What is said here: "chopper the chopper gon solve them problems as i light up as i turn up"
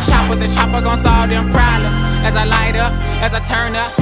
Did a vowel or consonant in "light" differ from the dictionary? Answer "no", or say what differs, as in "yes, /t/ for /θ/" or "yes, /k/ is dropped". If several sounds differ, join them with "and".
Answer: no